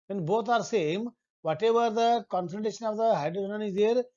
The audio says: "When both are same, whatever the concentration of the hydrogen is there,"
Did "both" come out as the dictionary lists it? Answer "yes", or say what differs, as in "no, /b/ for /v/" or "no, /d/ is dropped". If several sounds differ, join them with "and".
no, /t/ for /θ/